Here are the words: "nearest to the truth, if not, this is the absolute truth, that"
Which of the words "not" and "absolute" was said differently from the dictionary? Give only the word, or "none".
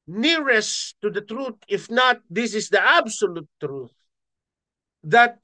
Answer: none